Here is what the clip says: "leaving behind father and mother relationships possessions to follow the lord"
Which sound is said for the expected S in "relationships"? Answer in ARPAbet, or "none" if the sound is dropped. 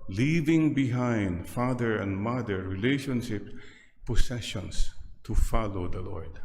none